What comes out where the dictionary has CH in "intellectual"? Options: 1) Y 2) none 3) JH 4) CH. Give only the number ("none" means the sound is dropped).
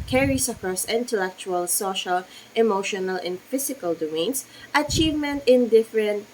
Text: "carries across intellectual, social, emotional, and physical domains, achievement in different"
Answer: 4